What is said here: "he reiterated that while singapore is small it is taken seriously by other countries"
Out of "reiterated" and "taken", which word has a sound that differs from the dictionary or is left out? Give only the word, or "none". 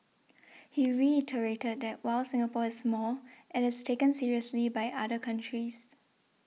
none